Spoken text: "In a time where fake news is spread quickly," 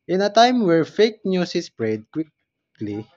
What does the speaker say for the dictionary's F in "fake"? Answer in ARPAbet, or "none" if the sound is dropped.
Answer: F